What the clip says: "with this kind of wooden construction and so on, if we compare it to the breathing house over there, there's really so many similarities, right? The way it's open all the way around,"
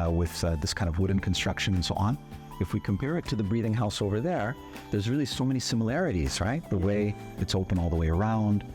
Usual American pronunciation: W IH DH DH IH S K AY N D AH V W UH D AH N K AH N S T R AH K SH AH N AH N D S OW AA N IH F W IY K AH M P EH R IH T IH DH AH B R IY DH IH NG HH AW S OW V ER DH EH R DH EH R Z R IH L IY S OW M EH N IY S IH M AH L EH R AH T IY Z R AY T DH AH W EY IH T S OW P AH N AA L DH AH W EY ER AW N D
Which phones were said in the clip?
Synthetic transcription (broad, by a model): W IH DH DH IH S K AY N D AH V W UH D N K N S T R AH K SH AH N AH N S OW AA N IH F W IY K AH M P EH R IH T IH DH AH B R IY DH IH NG HH AW S OW V ER DH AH R DH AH R Z R IH L IY S OW M EH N IY S IH M AH L EH R AH T IY Z R AY T DH AH W EY IH T S OW P AH N AA L DH AH W EY ER AW N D